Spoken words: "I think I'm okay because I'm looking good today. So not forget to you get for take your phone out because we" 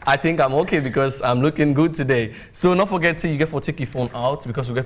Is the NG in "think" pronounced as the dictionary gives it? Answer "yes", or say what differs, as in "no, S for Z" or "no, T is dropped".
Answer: yes